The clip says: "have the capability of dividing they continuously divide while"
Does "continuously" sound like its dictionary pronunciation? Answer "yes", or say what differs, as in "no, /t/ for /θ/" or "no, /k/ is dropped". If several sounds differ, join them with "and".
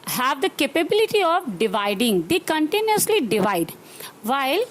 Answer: yes